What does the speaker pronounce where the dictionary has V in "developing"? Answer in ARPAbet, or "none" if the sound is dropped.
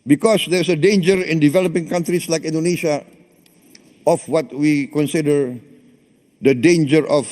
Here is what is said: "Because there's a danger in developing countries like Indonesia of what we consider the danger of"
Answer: V